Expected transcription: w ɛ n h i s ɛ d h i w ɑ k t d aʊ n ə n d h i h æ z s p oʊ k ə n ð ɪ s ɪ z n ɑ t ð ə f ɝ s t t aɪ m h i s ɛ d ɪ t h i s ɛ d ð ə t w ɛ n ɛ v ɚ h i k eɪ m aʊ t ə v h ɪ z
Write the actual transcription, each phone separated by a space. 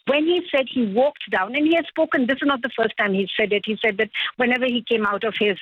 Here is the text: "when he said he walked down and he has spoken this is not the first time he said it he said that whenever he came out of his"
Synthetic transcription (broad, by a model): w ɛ n h i s ɛ d h i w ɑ k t d aʊ n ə n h i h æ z s p oʊ k ə n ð ɪ s ɪ z n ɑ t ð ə f ɝ s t t aɪ m h i s ɛ d ɪ t h i s ɛ d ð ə t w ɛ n ɛ v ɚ h i k eɪ m aʊ t ə v h ɪ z